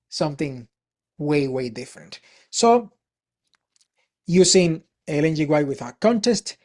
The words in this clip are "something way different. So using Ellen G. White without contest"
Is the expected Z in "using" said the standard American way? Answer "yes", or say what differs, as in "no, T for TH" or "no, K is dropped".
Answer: no, S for Z